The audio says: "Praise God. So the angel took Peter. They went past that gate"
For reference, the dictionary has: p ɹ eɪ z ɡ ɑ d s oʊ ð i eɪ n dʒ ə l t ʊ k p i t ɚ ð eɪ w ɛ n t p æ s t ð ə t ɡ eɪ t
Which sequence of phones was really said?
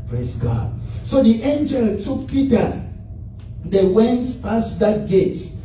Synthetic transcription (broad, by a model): p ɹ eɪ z ɡ ɑ d s oʊ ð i eɪ n dʒ ə l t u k p i t ɚ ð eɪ w ɛ n t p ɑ s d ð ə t ɡ eɪ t